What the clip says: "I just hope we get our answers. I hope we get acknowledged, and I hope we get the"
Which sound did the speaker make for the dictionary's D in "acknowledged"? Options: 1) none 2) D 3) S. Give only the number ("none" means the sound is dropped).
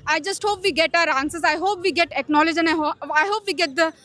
1